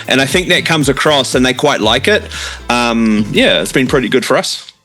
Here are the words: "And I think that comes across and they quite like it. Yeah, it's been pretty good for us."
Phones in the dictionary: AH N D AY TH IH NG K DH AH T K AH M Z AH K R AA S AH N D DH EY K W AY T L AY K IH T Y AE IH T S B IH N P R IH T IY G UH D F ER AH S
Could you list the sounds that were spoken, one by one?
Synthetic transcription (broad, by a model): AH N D AY TH IH NG K DH AH T K AH M Z AH K R AA S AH N DH EY K W AY T L AY K IH T Y AE IH T S B IH N P R IH T IY G UH D F ER AH S